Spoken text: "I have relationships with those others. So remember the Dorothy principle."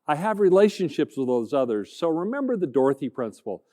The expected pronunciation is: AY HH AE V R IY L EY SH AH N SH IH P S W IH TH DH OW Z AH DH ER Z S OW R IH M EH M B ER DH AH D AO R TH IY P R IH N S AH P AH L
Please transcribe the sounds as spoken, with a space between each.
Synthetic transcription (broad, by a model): AY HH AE V R IY L EY SH AH N SH IH P S W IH DH OW Z AH DH ER Z S OW R IH M EH M B ER DH AH D AO R TH IY P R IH N S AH P L